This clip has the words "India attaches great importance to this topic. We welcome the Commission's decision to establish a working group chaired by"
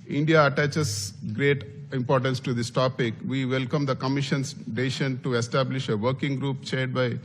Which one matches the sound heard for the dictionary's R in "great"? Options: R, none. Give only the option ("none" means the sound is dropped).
R